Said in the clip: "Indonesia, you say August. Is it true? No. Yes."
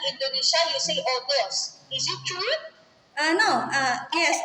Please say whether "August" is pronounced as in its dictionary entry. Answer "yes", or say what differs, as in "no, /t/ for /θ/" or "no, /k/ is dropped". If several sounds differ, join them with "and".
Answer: no, /t/ is dropped